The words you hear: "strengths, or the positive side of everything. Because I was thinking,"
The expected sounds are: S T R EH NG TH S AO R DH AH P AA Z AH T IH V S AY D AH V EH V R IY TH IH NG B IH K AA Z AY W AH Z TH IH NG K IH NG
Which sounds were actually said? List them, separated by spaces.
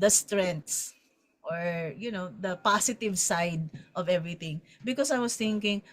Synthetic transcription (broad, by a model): S T R EH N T S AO R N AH P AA S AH T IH V S AY D AH V EH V R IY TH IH NG B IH K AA S AY W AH S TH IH NG K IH NG